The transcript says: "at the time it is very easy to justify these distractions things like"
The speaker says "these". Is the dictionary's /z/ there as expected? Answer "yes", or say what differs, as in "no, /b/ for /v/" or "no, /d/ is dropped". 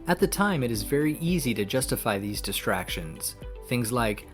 yes